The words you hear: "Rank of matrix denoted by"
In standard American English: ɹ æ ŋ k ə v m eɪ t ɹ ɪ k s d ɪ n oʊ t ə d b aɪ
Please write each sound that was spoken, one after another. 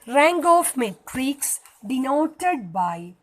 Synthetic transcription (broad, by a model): ɹ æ ŋ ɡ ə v m eɪ t ɹ ɪ k s d ɪ n oʊ t ə d b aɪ